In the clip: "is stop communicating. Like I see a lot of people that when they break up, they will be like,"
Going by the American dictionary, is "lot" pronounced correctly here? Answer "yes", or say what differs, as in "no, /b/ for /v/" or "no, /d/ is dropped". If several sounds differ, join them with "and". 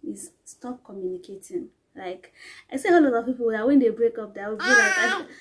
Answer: no, /t/ is dropped